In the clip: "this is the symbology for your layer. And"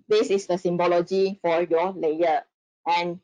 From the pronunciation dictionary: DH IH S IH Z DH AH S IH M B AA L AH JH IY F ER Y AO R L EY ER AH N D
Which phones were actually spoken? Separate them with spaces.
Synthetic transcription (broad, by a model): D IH S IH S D AH S IH M B AA L AH JH IY F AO Y AO L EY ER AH N